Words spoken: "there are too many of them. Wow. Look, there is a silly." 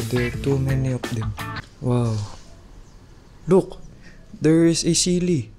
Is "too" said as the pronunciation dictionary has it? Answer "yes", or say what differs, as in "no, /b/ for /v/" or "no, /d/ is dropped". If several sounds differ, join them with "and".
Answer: yes